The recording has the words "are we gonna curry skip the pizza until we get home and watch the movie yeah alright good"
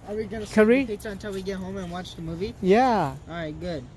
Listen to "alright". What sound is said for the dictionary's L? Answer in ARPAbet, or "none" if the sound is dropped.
none